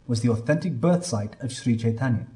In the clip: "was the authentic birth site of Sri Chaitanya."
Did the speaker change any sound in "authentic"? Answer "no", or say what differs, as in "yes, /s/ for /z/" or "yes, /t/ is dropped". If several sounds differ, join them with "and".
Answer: no